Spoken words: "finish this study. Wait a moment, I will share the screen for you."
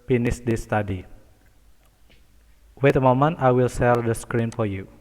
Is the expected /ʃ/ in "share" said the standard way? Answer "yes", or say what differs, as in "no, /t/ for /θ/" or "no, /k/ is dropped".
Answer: no, /s/ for /ʃ/